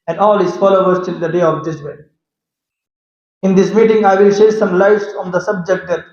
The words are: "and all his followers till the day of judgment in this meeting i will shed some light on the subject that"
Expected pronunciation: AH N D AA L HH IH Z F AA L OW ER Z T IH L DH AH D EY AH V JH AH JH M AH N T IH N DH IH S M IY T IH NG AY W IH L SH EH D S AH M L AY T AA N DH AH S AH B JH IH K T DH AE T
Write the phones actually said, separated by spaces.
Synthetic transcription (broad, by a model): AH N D AA L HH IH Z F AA L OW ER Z T IH L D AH D EY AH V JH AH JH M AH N IH N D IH S M IY T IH NG AY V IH L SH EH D S AH M L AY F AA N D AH S AH B JH IH K T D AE T